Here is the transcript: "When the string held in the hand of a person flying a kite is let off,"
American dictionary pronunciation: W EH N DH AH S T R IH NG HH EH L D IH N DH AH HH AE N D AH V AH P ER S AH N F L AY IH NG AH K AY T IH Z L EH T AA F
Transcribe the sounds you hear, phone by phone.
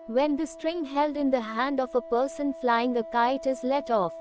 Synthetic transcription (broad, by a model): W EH N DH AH S T R IH NG HH EH L D IH N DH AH HH AE N D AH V AH P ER S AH N F L AY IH NG AH K AY T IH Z L EH T AA F